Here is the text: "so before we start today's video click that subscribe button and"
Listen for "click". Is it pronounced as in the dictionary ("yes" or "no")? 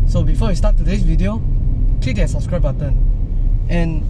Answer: no